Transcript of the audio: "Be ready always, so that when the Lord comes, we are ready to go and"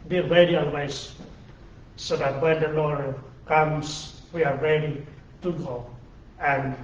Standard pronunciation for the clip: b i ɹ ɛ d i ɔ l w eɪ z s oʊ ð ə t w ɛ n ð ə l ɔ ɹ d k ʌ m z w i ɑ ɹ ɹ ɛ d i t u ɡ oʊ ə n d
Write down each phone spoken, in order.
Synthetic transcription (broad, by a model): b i ɹ ɛ d i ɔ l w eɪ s s oʊ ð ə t w ɛ n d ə l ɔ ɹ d k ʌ m s w i ɑ ɹ ɹ ɛ d i t u ɡ oʊ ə n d